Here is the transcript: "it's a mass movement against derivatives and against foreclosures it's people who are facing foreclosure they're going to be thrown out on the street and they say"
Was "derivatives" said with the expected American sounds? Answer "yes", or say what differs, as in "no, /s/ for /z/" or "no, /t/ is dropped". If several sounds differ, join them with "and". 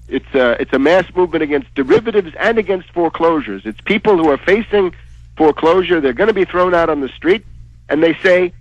yes